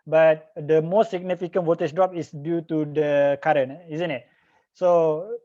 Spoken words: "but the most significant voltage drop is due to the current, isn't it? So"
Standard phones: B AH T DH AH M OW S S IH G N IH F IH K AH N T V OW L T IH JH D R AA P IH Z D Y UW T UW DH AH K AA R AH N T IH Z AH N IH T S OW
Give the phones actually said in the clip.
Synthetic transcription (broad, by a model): B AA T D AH M OW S S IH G N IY F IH K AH N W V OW T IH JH D R AA P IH S D Y UW T UW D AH K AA R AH N IH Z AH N IH T S OW